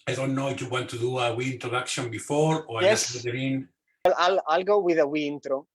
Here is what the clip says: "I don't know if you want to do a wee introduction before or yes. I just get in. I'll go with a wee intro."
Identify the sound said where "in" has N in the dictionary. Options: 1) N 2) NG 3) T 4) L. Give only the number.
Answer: 4